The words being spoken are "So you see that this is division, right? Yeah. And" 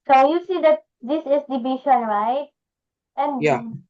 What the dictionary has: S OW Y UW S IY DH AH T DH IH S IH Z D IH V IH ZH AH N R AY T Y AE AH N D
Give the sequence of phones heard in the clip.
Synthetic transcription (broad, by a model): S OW Y UW S IY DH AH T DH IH S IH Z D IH B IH SH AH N R AY T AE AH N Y